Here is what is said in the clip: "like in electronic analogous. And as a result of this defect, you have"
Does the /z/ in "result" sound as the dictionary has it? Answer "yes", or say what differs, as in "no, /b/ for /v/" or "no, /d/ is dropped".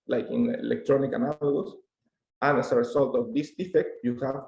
no, /s/ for /z/